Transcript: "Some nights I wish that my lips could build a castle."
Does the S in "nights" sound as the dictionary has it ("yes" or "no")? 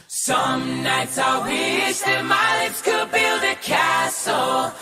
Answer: yes